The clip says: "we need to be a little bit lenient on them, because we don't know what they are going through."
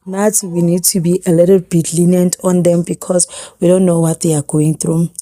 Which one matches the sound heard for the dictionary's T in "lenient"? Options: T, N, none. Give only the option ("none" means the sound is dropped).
T